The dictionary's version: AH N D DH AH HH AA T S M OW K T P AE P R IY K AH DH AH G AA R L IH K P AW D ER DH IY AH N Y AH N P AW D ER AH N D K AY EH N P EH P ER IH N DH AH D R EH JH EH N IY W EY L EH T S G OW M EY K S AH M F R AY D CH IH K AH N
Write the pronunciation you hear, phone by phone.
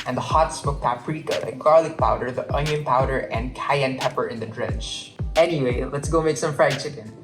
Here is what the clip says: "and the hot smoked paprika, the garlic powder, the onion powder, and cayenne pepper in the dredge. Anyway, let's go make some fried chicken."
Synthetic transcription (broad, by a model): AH N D DH AH HH AA T S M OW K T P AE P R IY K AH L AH G AA R L IH K P AW D ER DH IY AH N Y AH N P AW D ER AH N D K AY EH N P EH P ER IH N DH AH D R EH CH EH N IY W EY L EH T S G OW M EY K S AH M F R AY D CH IH K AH N